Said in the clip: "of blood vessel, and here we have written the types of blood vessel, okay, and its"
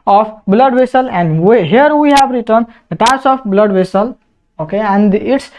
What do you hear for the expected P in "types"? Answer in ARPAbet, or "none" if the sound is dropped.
none